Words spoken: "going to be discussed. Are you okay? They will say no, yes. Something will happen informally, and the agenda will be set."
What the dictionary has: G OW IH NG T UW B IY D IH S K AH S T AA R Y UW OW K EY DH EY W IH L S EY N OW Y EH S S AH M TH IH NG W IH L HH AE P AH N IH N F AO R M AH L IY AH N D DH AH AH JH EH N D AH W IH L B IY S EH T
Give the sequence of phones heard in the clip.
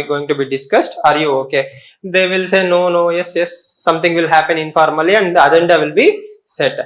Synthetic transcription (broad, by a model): G OW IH NG T UW B IY D IH S K AH S T AA R Y UW OW K EY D EY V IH L S EY N OW Y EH S S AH M T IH NG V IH L HH AE P AH N IH N F AO R M AH L IY AH N D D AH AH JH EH N D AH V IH L B IY S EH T